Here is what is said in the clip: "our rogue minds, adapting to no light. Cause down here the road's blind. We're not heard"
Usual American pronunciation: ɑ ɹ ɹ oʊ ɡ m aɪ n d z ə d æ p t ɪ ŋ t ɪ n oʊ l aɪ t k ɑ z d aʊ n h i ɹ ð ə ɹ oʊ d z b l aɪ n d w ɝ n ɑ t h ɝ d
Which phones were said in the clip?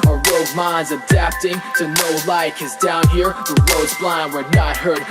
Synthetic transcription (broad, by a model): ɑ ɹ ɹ oʊ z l aɪ n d z ə d æ p t ɪ ŋ t ɪ n oʊ l aɪ k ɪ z d aʊ n h i ɹ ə ɹ oʊ d z b l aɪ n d w ɝ n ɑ t h ɝ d